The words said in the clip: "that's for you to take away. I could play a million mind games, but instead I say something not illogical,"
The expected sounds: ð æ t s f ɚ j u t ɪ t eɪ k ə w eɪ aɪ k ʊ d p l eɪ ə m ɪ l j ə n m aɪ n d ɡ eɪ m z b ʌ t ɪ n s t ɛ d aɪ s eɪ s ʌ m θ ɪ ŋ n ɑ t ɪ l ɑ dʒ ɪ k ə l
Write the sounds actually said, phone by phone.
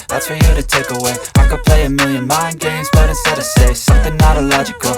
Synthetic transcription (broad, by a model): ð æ t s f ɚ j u t ɪ t eɪ k ə w eɪ aɪ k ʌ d p l eɪ ə m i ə n m aɪ n ɡ eɪ m z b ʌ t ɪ s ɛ d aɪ s eɪ s ʌ m θ ɪ ŋ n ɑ t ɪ l ɑ dʒ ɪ k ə l